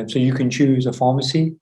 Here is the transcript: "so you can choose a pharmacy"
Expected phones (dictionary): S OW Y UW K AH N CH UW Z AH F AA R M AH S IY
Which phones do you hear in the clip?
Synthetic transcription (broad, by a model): S OW Y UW K AH N CH UW Z AH F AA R M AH S IY